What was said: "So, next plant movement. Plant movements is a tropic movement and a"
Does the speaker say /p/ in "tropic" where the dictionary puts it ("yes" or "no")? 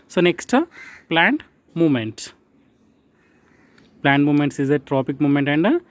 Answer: yes